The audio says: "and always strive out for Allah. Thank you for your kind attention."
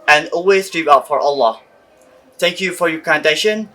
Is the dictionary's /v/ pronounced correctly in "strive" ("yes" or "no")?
no